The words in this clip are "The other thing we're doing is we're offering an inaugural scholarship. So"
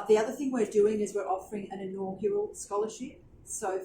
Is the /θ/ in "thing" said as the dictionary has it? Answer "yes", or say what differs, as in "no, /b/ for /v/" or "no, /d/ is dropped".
yes